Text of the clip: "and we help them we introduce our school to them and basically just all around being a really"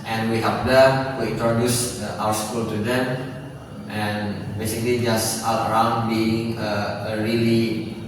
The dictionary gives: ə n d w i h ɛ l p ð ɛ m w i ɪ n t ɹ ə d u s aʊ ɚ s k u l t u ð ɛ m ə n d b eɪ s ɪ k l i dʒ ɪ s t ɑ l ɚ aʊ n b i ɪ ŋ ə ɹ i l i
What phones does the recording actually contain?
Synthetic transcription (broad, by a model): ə n w i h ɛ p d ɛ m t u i n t ɹ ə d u s aʊ ɚ s k u l t u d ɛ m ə n b eɪ s ɪ k l i dʒ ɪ s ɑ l ɚ aʊ n b i ɪ ŋ ə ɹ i l i